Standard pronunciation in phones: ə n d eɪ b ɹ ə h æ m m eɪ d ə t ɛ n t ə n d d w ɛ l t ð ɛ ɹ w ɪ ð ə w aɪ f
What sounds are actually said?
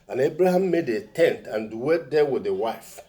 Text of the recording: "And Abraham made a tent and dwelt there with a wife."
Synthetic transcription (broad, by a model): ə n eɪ b ɹ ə h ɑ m m eɪ d ə t ɛ n t ə n d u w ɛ t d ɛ w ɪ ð ə w aɪ f